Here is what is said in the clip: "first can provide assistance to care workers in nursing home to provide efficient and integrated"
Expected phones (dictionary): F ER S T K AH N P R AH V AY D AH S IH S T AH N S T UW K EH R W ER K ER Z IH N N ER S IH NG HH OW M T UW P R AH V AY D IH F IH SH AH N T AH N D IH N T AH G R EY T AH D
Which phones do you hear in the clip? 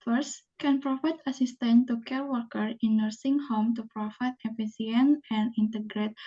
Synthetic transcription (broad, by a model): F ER S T K AH N P R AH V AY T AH S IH S T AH N T UW K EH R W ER K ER IH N N ER S IH NG HH OW M T UW P R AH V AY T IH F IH S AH N AH N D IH N T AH G R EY T